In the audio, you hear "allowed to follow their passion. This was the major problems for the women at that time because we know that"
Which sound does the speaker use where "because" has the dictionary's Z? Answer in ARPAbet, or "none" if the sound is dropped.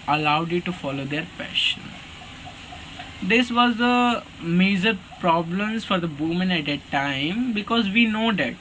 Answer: Z